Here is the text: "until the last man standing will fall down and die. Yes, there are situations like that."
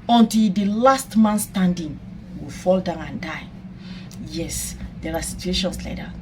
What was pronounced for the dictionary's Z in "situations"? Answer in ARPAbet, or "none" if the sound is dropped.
S